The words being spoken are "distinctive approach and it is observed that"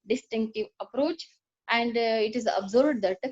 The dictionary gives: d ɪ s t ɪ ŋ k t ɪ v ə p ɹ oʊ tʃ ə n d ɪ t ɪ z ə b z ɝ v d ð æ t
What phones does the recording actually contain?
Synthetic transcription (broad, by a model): d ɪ s t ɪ ŋ k t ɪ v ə p ɹ oʊ tʃ ə n d ɪ t ɪ z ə b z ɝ b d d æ t